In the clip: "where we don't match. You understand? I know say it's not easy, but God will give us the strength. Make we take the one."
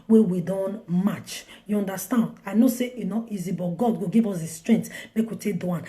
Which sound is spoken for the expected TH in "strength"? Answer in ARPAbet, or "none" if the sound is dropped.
T